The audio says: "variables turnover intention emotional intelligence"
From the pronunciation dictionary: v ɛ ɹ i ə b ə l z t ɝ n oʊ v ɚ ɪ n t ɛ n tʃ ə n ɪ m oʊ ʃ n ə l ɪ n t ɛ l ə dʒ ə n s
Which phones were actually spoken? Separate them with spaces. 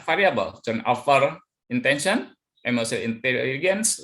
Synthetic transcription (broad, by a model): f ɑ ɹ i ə b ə l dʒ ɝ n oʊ f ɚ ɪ n t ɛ n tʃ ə n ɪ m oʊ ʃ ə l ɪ n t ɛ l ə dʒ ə n s